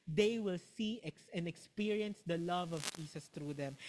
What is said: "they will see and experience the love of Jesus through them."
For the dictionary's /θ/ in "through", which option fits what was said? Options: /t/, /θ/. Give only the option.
/t/